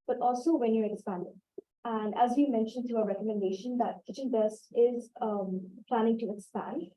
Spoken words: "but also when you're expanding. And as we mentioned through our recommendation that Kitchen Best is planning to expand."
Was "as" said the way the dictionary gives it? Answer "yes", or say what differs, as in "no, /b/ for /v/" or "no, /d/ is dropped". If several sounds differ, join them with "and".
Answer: yes